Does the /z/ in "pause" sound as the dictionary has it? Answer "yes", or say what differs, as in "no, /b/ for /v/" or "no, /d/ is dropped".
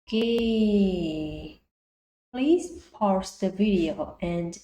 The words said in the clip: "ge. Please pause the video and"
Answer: no, /s/ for /z/